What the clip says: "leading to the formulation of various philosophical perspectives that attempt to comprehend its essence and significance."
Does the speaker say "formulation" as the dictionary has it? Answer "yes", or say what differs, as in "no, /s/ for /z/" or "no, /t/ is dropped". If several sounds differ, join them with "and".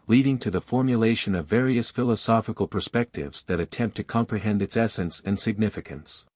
yes